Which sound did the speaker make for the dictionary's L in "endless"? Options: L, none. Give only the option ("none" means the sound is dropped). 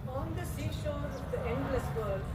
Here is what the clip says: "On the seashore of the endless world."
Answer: L